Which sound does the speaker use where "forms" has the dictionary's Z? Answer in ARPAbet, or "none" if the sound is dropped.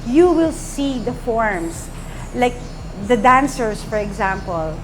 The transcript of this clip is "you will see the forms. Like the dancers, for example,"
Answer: S